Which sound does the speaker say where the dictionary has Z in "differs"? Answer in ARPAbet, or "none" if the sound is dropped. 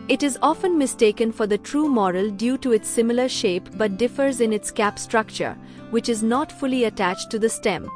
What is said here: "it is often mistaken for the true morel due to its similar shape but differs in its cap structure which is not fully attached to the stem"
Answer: Z